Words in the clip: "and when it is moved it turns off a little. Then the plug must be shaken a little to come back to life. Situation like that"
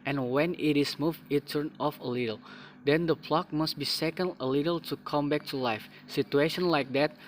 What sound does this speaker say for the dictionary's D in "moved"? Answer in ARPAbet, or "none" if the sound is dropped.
none